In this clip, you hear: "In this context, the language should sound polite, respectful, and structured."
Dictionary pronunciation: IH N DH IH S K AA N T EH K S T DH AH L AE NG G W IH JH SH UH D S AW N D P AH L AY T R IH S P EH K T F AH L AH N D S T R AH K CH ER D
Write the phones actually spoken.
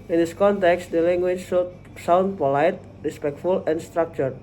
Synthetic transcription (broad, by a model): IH N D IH S K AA N T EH K S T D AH L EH NG G W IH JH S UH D S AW N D P AH L AY T R IH S P EH K T F AH L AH N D S T R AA K CH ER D